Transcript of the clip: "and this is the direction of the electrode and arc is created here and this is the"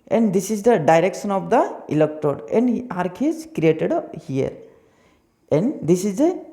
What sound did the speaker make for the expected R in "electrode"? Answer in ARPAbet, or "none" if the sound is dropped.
none